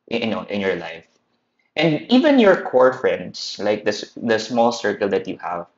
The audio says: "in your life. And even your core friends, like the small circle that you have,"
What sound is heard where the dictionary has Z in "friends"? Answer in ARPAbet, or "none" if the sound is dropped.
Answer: S